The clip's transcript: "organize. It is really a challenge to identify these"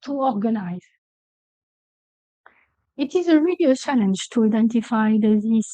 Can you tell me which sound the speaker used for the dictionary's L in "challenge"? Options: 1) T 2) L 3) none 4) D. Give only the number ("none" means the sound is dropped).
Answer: 2